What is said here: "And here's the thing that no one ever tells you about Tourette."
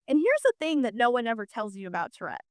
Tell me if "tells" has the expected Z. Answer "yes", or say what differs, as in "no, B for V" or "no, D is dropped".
yes